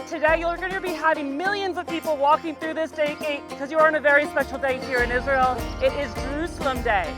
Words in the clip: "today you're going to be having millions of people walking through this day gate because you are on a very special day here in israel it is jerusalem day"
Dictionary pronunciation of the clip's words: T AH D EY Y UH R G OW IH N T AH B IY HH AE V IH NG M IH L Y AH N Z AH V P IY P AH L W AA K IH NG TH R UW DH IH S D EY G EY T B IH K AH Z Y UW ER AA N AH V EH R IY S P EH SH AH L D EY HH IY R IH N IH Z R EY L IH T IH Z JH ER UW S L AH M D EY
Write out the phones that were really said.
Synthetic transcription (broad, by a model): T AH D EY Y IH L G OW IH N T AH B IY HH AE V IH NG M IH L Y AH N Z AH V P IY P L W AA K IH NG TH R UW DH IH S D EY G EY T B IH K AH Z Y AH ER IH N AH V EH R IY S P EH SH L D EY HH IY R IH N IH Z R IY L IH T IH Z JH ER UW S L AH M D EY